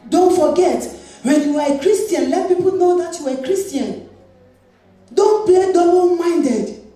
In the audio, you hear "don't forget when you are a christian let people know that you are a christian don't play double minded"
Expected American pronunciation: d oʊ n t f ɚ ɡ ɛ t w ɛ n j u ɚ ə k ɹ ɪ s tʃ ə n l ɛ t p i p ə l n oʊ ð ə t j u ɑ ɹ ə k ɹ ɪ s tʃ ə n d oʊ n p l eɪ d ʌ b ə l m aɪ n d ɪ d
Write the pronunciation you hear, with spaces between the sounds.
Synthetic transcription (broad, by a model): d oʊ n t f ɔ ɡ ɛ t w ɛ n j u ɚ ə k ɹ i s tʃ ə n l ɛ t p i p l n oʊ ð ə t j u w ə k ɹ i s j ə n d oʊ n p l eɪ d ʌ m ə n m aɪ n d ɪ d